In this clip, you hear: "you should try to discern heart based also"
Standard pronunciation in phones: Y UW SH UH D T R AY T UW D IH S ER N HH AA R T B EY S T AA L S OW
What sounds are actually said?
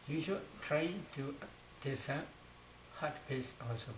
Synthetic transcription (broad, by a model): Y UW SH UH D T R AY T UW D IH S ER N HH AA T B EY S AA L S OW